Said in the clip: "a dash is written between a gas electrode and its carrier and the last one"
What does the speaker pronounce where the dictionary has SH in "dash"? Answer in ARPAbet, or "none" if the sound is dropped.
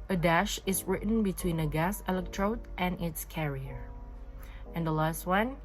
SH